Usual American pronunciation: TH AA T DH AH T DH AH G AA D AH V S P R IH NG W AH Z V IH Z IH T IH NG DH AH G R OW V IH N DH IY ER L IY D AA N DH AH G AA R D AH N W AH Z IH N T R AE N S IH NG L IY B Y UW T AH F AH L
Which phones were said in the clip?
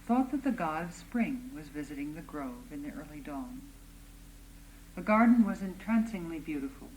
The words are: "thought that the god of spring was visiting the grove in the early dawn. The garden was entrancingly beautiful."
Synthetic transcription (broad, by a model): TH AA T DH AH T DH AH G AA D AH V S P R IH NG W AH Z V IH Z IH T IH NG DH AH G R OW V IH N DH IY ER L IY D AA N DH AH G AA R D N W AH Z IH N T R AE N S IH NG L IY B Y UW T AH F L